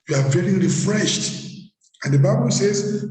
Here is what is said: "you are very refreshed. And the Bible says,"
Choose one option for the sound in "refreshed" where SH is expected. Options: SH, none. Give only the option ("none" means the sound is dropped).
SH